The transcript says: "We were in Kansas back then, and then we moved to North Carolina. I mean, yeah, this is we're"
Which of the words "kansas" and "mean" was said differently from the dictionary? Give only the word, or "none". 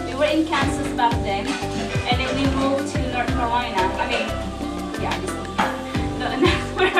kansas